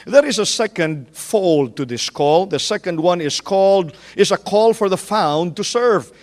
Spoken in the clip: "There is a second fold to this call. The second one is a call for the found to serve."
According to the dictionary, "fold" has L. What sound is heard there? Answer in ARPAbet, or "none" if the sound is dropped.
L